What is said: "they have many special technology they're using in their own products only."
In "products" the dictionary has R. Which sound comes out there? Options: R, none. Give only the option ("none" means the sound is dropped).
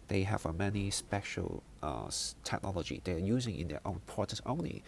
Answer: none